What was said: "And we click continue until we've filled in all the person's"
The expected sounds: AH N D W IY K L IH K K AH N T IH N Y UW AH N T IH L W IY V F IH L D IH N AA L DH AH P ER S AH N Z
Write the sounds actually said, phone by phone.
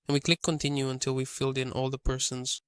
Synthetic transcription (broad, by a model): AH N W IY K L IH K K AH N T IH N Y UW AH N T IH L W IY F IH L D IH N AA L DH AH P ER S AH N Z